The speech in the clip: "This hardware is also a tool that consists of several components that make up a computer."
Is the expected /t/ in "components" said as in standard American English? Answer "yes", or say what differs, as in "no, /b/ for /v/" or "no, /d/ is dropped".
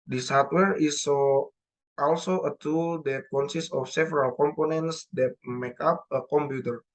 yes